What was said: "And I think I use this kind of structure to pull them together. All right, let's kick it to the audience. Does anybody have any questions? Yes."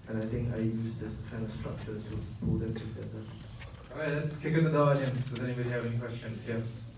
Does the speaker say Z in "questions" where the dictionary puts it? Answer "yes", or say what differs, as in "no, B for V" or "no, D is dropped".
no, Z is dropped